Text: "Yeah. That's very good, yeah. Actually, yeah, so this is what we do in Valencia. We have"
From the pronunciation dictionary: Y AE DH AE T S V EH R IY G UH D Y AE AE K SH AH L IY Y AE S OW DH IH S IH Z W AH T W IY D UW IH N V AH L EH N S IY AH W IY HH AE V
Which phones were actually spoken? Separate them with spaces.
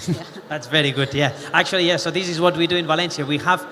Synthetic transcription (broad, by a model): DH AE T S V EH R IY G UH D Y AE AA K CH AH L IY Y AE S OW DH IH S IH Z W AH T W IY D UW IH N V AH L EH N S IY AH W IY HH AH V